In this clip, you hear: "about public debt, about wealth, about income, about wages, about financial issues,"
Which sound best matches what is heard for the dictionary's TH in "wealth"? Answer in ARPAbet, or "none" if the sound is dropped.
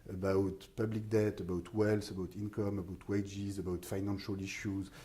S